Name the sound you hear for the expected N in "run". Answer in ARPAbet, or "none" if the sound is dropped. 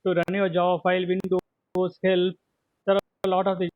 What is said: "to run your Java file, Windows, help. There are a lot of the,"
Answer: N